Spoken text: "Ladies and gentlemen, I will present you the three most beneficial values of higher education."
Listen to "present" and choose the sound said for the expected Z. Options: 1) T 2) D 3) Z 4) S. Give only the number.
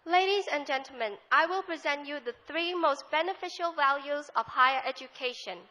3